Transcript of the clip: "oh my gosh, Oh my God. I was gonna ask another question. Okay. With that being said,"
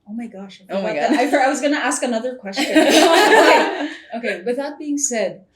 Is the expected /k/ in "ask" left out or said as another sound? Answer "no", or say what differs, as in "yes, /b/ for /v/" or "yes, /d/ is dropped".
no